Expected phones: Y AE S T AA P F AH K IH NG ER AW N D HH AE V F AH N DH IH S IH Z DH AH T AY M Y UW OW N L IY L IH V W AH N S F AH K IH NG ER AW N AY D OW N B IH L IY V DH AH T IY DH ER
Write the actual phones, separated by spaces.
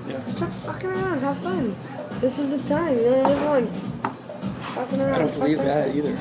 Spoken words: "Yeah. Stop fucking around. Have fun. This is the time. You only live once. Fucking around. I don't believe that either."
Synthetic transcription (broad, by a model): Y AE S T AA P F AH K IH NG ER AW N D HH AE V F AH N DH IH S IH Z DH AH T AY M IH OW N N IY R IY W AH N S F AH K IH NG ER AW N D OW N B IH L IY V DH AH T IY DH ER